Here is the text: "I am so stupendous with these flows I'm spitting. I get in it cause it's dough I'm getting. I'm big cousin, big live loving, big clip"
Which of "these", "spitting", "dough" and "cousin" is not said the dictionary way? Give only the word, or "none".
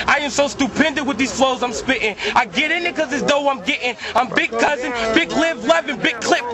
none